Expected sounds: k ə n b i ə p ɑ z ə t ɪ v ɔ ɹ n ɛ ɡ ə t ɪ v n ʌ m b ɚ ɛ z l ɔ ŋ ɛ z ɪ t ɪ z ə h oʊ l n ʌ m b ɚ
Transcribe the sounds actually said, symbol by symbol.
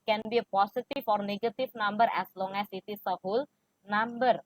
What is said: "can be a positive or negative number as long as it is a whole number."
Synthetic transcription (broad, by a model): k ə n b i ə p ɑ s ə t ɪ f ɔ ɹ n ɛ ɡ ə t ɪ f n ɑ m b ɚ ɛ s l ɔ ŋ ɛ s ɪ t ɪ s ə h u l n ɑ m b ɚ